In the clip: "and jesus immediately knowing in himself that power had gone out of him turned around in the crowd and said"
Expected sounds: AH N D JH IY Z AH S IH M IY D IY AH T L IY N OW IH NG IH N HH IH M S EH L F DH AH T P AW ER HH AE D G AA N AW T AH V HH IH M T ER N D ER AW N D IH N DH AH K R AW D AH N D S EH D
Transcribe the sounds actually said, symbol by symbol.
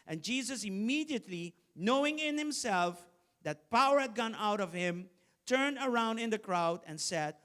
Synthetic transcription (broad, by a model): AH N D JH IY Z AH S IH M IY D IY AH T L IY N OW IH NG IH N HH IH M S EH L F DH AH T P AW ER HH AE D G AA N AW T AH V HH IH M T ER N D ER AW N D IH N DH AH K R AW D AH N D S EH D